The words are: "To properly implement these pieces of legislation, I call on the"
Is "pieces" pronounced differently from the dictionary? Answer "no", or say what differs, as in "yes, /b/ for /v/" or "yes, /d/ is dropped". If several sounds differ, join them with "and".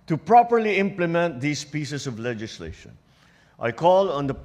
yes, /s/ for /z/